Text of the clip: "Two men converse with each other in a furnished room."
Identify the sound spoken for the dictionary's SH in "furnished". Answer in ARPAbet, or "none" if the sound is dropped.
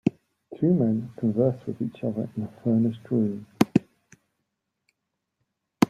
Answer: S